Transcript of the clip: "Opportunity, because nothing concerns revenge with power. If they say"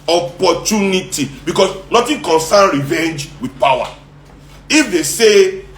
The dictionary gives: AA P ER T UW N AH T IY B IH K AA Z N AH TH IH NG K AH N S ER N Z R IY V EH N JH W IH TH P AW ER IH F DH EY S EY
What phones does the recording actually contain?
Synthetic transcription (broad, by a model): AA P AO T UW N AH T IY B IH K AA S N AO T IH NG K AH N S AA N R IY V EH N JH W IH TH P AW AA IH F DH EY S EY